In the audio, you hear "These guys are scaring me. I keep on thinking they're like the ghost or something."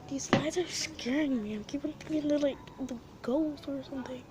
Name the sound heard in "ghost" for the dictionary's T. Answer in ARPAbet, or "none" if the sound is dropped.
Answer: none